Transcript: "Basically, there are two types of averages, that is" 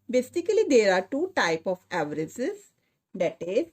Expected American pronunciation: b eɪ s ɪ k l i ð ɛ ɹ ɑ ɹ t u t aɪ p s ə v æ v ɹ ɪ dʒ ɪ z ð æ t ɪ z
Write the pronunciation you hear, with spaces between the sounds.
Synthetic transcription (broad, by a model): b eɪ s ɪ k l i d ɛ ɹ ɑ ɹ t u t aɪ p ə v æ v ɹ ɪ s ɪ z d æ t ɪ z